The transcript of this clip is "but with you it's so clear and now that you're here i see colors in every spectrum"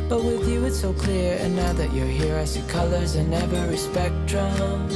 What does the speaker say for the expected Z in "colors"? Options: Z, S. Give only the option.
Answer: Z